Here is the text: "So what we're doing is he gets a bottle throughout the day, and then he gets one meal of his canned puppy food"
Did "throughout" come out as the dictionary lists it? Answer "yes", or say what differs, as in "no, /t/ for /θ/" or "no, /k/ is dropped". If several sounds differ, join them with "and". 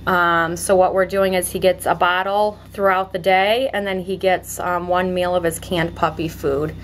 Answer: yes